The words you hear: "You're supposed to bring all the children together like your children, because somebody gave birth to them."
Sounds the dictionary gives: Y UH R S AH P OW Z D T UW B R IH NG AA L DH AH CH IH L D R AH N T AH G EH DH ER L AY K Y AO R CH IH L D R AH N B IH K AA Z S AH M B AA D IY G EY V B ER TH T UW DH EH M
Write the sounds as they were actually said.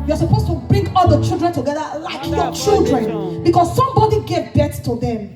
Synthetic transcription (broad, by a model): Y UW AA S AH P OW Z T UW B R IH NG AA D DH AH CH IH L D R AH N T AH G EH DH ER L AY K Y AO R CH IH L D R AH N B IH K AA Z S AH M B AA D IY G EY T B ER T T UW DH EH M